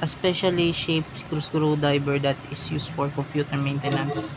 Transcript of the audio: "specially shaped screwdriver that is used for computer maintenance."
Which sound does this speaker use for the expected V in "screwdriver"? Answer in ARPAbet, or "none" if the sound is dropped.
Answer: B